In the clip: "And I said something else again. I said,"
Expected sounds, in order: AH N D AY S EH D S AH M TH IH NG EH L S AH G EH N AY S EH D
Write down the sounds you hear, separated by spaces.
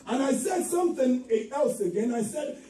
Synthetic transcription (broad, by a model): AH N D AY S EH D S AH M TH IH NG EH L S AH G EH N AY S EH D